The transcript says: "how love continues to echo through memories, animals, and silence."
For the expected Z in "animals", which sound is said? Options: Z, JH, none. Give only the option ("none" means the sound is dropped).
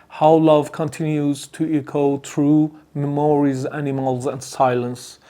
Z